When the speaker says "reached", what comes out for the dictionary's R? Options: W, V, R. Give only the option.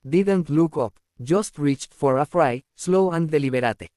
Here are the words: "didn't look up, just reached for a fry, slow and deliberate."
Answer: R